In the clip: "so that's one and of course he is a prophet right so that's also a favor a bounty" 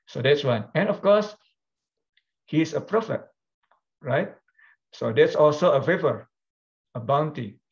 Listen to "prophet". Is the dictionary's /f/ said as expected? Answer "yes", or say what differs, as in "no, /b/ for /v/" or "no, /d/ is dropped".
yes